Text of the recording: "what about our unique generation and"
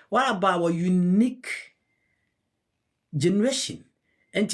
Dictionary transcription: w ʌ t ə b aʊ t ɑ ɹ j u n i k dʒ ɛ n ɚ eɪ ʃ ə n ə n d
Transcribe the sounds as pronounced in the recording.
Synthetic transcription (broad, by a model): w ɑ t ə b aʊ ɑ j u n i k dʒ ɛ n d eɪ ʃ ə n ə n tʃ